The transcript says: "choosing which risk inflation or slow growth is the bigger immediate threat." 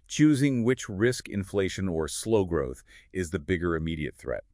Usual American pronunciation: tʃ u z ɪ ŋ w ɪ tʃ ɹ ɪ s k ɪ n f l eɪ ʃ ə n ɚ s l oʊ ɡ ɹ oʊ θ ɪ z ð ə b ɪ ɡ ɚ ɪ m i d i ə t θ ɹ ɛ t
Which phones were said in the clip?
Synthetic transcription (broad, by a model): tʃ u z ɪ ŋ w ɪ tʃ ɹ ɪ s k ɪ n f l eɪ ʃ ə n ɚ s l oʊ ɡ ɹ oʊ θ ɪ z ð ə b ɪ ɡ ɚ ɪ m i d i ə t θ ɹ ɛ t